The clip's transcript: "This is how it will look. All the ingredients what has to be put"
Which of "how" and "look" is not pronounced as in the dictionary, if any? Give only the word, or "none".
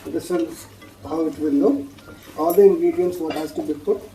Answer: look